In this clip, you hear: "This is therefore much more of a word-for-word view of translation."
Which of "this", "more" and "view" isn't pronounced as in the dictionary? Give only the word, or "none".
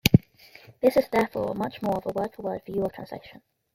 view